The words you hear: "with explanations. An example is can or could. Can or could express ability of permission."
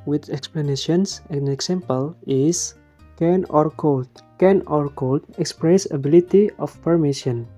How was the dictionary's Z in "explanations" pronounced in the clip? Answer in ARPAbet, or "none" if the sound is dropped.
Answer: S